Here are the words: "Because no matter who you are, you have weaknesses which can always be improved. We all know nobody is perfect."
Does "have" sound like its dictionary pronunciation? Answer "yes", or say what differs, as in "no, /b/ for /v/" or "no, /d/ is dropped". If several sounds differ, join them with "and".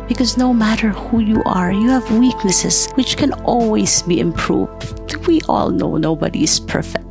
yes